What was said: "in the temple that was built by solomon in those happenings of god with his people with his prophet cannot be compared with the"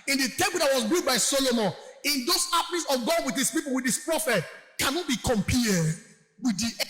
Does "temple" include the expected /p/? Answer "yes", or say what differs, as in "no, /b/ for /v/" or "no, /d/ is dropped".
no, /b/ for /p/